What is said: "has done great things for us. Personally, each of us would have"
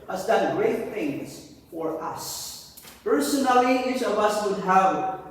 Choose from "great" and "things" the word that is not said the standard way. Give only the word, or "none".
none